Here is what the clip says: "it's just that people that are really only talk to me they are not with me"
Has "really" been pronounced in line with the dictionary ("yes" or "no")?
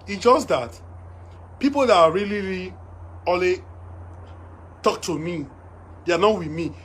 no